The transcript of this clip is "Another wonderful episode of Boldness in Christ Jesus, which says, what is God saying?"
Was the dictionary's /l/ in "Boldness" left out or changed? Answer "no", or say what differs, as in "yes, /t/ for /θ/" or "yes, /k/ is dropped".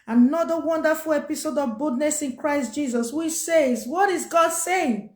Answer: yes, /l/ is dropped